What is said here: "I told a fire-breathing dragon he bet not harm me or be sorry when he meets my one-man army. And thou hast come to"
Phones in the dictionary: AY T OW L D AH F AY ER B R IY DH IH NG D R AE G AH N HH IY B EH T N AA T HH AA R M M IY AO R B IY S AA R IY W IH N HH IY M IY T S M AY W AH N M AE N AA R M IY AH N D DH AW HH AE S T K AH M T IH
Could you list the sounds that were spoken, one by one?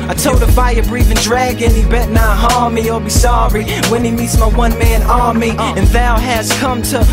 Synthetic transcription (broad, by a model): AY T OW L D AH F AY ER B R IY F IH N D R AE G AH N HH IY B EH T N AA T HH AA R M M IY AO L B IY S AA R IY W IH N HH IY M IY T S M AY W AH N M AE N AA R M IY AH N DH AW HH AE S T K AH M T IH